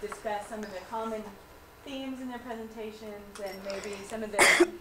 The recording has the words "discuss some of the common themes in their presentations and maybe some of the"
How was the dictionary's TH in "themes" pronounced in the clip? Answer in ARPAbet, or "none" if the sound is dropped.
TH